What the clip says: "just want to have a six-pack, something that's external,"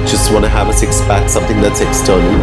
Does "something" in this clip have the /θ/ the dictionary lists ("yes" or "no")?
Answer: yes